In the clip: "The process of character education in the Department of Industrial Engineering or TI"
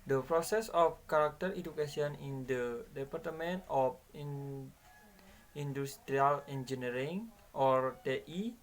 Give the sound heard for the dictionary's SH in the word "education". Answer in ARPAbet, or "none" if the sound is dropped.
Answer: S